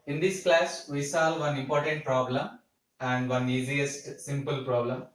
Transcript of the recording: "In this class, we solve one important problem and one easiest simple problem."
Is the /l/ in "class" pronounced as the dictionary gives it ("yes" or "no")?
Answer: yes